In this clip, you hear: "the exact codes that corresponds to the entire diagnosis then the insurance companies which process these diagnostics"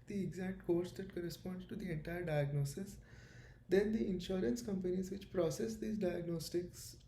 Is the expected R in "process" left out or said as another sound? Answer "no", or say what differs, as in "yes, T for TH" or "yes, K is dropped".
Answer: no